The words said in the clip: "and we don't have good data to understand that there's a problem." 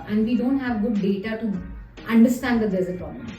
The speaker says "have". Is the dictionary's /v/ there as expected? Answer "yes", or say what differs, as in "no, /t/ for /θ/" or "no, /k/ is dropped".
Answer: yes